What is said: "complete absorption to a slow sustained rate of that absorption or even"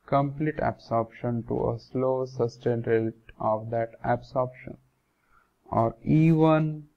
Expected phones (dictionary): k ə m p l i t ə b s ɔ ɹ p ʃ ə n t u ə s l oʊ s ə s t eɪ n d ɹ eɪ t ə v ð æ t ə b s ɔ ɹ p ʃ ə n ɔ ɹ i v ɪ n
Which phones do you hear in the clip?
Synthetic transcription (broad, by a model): k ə m p l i t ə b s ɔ ɹ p ʃ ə n t u ə s l oʊ s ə s t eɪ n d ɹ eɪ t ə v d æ t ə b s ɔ ɹ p ʃ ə n ɔ ɹ i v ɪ n